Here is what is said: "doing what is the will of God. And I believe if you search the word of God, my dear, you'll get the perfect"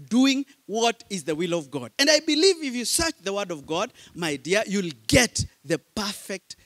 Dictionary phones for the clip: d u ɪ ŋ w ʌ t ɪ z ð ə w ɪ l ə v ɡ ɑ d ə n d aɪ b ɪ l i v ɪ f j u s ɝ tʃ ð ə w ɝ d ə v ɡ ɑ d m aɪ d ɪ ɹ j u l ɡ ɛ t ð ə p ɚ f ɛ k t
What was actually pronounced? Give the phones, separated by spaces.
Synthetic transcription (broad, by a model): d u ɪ ŋ w ʌ t ɪ z ð ə w ɪ l ə v ɡ ɑ d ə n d aɪ b ɪ l i v ɪ f j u s ɝ tʃ ð ə w ɝ d ə v ɡ ɑ d m aɪ d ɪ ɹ j u l ɡ ɛ t ð ə p ɚ f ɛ k t